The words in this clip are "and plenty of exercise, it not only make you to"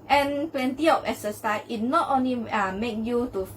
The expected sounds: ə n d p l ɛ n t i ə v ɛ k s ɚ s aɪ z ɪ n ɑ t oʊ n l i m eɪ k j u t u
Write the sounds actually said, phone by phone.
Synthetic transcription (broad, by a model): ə n p l ɛ n t i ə p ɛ s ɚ s aɪ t n ɑ t oʊ n l i m eɪ k j u t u